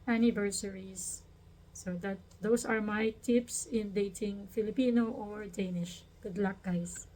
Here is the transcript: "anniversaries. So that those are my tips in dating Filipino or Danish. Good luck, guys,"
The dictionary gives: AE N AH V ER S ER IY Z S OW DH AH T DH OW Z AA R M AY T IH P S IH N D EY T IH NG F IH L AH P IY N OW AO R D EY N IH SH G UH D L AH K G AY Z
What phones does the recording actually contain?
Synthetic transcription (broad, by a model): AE N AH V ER S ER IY S OW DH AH T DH OW S AA R M AY T IH P S IH N D EY T IH NG F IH L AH P IY N OW AO R D EY N IH SH G UH D L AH K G AY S